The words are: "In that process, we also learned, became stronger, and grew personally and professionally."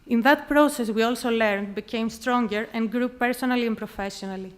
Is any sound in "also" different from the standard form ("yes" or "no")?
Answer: no